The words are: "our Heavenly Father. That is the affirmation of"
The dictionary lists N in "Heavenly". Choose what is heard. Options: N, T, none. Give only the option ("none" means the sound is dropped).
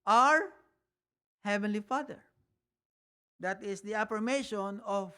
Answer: N